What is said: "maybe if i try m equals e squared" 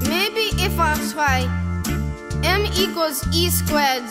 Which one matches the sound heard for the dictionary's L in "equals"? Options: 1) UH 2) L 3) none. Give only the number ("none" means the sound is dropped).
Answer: 3